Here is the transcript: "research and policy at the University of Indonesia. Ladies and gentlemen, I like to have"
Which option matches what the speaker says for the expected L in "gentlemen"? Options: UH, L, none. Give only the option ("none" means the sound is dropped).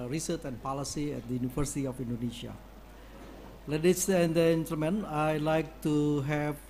none